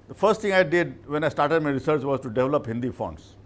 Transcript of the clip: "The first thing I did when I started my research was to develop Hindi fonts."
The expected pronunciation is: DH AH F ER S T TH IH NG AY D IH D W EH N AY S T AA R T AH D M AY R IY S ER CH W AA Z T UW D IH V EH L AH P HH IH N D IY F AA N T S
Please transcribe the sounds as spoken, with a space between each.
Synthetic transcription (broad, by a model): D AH F ER S T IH NG AY D IH D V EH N AY S T AA R T AH D M AY R IY S ER CH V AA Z T UW D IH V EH L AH P HH IH N D IY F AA N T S